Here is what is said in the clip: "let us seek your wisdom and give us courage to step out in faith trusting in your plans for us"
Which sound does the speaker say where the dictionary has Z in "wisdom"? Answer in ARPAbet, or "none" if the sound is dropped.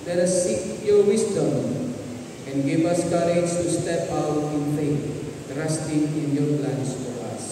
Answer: S